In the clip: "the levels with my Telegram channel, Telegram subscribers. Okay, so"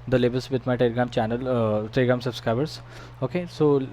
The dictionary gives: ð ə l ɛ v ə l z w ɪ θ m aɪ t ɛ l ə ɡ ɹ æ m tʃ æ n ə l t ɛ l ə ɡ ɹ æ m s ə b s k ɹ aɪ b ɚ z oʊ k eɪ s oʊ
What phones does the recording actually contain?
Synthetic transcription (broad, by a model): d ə l ɛ b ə l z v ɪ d m aɪ t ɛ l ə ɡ ɹ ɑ m tʃ æ n ə l t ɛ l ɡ ɹ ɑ m s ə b s k ɹ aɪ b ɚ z oʊ k eɪ s oʊ